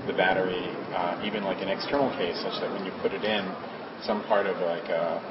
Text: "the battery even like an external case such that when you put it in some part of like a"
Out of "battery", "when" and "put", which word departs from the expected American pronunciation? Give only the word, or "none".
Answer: none